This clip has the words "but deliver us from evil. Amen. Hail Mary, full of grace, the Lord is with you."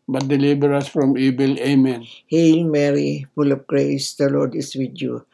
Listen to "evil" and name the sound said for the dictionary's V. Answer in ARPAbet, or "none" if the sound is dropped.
B